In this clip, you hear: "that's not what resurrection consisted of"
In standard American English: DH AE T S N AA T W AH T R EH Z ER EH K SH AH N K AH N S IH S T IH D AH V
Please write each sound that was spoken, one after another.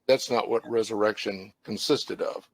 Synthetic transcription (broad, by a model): DH AE T S N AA T W AH T R EH Z ER EH K SH AH N K AH N S IH S T IH D AH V